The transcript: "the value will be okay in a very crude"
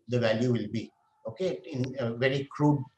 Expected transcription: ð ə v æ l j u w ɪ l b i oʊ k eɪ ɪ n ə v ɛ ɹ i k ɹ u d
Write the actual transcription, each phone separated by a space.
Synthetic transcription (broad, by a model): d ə v æ l j u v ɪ l b i oʊ k eɪ ɪ n ə v ɛ ɹ i k ɹ u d